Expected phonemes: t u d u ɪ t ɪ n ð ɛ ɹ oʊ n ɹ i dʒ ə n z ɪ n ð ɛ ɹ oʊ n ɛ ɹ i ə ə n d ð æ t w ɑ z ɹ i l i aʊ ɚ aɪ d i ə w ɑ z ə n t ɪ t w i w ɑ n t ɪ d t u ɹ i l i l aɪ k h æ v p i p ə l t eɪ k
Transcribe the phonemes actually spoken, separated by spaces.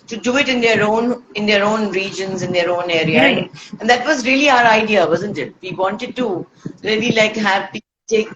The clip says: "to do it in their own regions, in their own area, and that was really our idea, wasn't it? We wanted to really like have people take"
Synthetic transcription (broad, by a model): t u d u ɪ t ɪ n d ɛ ɹ oʊ n ɹ i dʒ ə n z ɪ n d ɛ ɹ oʊ n ɛ ɹ i ə ə n d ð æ t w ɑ z ɹ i l i aʊ ɚ aɪ d i ə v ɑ z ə n t ɪ t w i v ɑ n t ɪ d t u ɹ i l i l aɪ k h æ v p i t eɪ k